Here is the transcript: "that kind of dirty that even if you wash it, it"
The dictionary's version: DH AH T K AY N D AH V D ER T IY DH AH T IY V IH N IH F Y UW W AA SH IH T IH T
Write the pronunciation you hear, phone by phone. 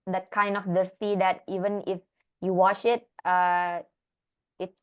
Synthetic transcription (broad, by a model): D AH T K AY N D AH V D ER S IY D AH T IY V IH N IH F Y UW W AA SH IH T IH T